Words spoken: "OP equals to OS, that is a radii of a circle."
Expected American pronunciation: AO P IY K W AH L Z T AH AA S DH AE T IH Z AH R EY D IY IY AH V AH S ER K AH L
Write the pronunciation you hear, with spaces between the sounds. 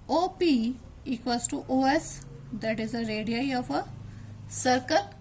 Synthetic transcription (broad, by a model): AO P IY K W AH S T T AH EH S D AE T IH Z AH R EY D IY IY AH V AH S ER K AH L